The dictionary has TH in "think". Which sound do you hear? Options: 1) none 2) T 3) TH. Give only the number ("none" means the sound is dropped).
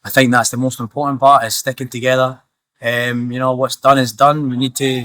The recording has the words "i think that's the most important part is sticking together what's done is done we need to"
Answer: 3